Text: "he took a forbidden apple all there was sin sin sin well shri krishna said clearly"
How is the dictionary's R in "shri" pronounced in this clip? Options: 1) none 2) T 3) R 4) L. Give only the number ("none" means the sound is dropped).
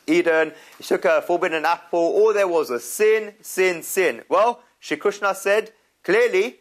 1